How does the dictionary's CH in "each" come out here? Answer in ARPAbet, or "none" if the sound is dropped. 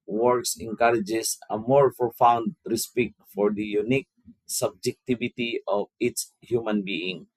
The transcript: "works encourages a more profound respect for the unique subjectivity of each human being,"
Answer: S